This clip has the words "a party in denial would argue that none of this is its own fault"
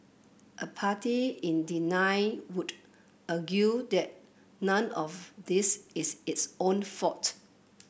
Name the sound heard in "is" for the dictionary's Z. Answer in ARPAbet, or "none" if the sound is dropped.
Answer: S